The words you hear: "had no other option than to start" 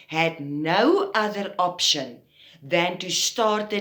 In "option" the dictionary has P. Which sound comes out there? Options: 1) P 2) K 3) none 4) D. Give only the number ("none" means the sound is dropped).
1